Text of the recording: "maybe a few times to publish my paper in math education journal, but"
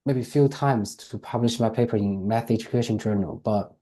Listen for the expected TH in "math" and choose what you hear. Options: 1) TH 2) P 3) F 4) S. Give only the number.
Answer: 1